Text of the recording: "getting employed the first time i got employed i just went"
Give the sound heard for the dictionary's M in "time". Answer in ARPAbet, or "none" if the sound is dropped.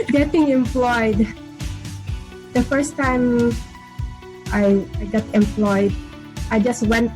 none